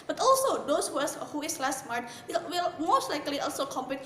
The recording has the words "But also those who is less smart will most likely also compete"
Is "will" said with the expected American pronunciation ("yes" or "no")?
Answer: no